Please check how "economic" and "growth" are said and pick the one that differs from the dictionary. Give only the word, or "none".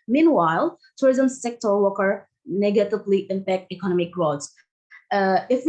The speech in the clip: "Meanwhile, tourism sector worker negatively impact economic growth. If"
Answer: growth